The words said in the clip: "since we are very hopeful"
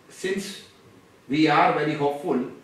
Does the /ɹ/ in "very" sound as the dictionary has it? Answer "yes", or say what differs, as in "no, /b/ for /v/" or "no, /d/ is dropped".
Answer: no, /l/ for /ɹ/